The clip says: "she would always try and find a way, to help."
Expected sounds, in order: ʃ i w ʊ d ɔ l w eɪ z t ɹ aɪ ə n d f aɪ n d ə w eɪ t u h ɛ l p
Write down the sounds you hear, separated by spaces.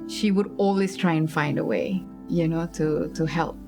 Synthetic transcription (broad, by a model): ʃ i w ʊ d ɔ l w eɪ s t ɹ aɪ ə n f aɪ n d ə w eɪ t u h ɛ l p